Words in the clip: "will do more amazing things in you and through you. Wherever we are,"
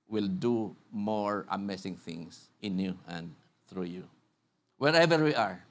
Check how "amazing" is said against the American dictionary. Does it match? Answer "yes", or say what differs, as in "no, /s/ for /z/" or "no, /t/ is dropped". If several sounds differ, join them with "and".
no, /s/ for /z/